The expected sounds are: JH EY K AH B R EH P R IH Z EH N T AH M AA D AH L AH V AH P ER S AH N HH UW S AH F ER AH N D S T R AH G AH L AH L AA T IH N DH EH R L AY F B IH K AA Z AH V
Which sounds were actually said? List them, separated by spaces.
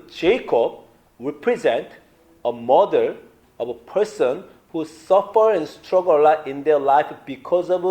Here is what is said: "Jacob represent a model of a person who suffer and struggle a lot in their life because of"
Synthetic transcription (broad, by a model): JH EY K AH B R EH P R IH Z EH N T AH M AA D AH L AH V AH P ER S AH N HH UW S AH F ER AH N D S T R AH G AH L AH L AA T IH N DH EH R L AY F B IH K AA Z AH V